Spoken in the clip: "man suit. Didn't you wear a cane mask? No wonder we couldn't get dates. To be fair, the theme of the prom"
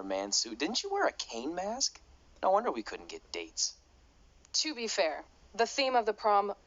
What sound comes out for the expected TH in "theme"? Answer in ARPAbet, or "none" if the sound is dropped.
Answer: TH